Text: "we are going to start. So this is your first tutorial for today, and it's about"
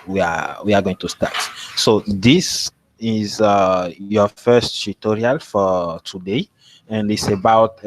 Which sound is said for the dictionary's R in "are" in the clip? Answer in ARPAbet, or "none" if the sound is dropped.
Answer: W